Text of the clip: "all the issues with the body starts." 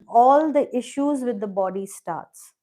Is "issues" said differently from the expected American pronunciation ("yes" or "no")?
no